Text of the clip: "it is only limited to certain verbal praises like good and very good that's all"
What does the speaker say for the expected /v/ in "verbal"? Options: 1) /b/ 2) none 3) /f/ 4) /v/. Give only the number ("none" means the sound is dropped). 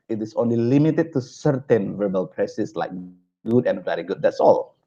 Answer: 4